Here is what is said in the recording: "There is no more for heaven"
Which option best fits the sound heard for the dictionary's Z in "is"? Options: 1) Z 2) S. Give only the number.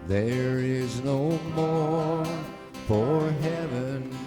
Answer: 1